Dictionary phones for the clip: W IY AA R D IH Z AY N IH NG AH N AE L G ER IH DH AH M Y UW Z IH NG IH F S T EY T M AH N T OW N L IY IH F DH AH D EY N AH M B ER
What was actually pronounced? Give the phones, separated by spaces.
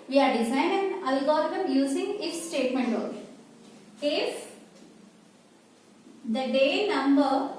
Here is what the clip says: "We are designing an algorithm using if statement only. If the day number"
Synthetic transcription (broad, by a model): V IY AA R D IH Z AY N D AH N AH L G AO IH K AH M Y UW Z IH NG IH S S T EY T M AH N T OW L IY IH F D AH D EY N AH M B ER